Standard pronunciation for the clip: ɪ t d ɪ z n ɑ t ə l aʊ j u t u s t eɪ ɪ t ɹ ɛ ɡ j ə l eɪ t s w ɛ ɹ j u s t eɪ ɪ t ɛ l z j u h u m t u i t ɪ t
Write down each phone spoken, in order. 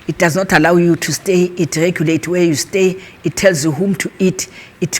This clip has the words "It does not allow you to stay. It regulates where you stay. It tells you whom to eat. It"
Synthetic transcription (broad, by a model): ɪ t d ɪ z n ɑ t ə l aʊ j u t u s t eɪ ɪ t ɹ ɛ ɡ j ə l eɪ t w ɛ j u s t eɪ ɪ t ɛ l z j u h u m t u i t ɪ t